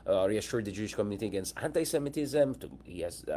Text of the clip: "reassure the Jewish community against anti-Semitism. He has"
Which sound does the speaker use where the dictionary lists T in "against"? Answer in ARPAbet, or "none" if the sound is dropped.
T